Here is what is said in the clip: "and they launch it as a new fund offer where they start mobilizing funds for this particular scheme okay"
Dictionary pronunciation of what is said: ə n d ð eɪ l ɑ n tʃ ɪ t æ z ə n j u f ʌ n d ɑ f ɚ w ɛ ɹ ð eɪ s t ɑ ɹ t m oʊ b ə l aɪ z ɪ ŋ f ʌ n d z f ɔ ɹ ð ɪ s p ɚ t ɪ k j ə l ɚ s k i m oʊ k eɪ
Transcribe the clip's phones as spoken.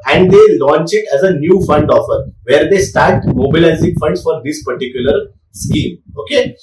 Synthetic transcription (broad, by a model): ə n d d eɪ l ɑ n tʃ ɪ t æ z ə n j u f ʌ n d ɑ f ɚ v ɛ ɹ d eɪ s t ɑ ɹ t m oʊ b ə l aɪ z ɪ ŋ f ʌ n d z f ɔ ɹ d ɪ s p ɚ t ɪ k j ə l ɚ s k i m oʊ k eɪ